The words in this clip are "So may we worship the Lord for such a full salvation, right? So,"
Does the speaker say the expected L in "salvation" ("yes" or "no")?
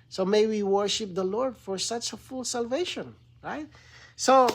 yes